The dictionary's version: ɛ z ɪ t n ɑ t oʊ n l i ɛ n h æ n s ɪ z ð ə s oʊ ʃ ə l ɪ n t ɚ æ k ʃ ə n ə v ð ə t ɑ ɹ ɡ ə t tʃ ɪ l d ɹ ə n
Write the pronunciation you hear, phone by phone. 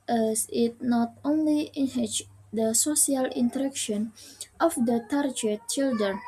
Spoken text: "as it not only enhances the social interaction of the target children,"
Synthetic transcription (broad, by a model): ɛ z ɪ t n ɑ t oʊ n l i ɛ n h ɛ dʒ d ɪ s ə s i ə l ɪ n t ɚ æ k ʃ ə n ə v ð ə t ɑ ɹ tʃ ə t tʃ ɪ l d ɹ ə n